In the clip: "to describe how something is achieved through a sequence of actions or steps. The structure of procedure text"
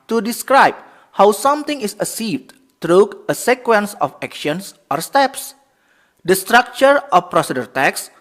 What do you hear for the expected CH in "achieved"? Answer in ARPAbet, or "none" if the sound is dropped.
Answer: S